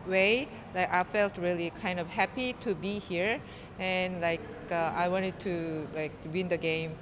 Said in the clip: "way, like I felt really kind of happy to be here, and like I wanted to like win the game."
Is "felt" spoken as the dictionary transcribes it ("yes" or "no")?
yes